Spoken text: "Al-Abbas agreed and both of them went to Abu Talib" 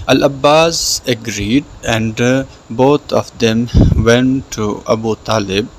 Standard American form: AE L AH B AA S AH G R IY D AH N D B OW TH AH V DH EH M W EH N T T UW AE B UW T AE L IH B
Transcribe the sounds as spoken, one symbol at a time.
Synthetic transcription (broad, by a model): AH L AH B AA S AH G R IY D AH N D B OW T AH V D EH M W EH N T T UW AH B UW T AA L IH B